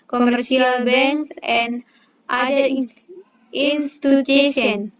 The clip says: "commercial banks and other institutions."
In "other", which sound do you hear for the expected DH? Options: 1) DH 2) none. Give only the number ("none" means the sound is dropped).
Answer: 2